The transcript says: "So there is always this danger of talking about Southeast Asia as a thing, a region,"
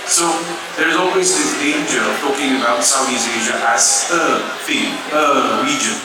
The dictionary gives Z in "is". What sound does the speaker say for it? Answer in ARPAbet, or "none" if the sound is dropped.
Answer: Z